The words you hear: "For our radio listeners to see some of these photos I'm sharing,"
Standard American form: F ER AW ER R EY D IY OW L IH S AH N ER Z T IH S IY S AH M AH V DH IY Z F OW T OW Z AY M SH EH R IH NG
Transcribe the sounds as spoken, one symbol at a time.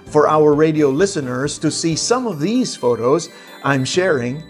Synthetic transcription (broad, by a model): F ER AW ER R EY D IY OW L IH S AH N ER Z T IH S IY S AH M AH V DH IY Z F OW T OW Z AY M SH EH R IH NG